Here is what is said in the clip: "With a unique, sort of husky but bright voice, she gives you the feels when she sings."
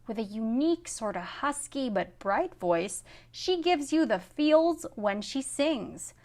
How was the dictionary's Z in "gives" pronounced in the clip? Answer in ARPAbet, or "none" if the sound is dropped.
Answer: Z